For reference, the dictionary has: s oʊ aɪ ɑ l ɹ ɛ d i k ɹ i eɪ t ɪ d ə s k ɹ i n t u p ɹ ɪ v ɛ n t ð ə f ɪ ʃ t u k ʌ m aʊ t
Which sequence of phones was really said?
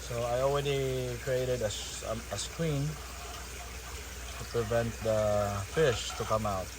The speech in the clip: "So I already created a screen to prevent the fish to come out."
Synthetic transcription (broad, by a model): s oʊ aɪ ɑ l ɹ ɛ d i k ɹ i eɪ t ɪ d ə s k w i n t u p ɹ ɪ v ɛ n t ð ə f ɪ ʃ t u k ʌ m aʊ t